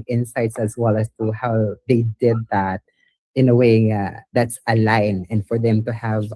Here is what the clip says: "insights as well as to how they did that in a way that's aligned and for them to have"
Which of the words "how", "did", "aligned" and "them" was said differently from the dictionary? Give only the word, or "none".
aligned